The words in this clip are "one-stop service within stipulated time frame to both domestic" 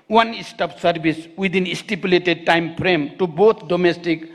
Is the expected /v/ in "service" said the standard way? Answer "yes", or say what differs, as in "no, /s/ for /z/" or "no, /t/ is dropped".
no, /b/ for /v/